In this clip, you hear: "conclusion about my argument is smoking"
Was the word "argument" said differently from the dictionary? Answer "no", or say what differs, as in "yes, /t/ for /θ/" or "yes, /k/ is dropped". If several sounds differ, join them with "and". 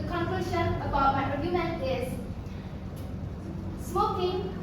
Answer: yes, /t/ is dropped